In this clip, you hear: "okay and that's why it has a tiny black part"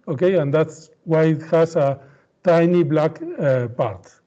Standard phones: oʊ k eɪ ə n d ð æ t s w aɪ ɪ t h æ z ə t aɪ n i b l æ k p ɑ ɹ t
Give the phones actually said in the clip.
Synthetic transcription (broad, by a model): oʊ k eɪ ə n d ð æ t s w aɪ ɪ t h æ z ə t aɪ n i b l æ k p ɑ ɹ t